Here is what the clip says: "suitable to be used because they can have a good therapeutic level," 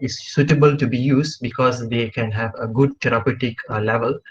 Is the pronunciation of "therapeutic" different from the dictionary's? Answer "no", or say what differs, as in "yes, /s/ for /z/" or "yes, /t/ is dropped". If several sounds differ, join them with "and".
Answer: yes, /t/ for /θ/